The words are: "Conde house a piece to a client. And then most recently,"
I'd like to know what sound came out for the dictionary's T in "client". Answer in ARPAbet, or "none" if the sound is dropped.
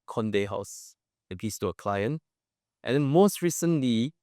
T